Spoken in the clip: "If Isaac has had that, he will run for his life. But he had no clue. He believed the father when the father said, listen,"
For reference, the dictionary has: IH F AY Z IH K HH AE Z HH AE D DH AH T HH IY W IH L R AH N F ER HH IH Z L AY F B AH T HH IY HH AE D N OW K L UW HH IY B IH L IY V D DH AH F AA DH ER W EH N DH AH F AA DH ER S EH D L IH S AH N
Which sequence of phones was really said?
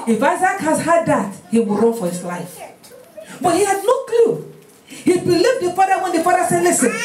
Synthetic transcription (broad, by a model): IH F AY Z IH K HH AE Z HH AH D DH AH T HH IY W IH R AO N F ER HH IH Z L AY F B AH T HH IY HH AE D L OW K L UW HH IY B IH L IY V D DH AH F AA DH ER W EH N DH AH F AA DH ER S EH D L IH S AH N